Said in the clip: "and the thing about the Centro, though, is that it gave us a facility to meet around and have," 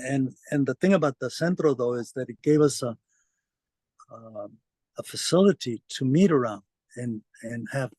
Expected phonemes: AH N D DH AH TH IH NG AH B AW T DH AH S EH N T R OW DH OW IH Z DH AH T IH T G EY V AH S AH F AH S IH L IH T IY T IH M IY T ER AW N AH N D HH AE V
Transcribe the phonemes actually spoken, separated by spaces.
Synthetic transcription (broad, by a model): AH N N DH AH TH IH NG AH B AW T DH AH S EH N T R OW DH OW IH Z DH AH T IH T G EY V AH S AH F AH S IH L IH T IY T IH M IY T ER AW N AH N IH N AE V